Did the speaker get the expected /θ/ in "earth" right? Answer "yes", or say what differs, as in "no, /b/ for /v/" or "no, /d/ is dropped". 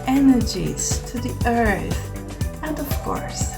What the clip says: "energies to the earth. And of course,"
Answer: yes